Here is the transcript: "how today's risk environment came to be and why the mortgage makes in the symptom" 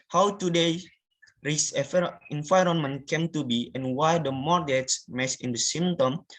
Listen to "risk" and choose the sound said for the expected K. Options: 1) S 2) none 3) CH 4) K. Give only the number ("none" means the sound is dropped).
2